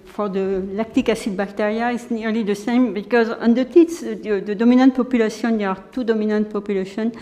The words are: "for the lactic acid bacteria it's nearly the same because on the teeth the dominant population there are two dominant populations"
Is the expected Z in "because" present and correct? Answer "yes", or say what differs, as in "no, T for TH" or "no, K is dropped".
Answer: yes